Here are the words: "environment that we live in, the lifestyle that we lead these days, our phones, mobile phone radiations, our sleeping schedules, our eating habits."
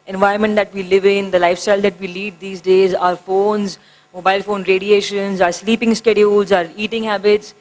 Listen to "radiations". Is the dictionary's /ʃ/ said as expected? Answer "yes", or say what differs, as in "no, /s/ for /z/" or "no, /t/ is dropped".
yes